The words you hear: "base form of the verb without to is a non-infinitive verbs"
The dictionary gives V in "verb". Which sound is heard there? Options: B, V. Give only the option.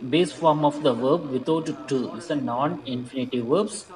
V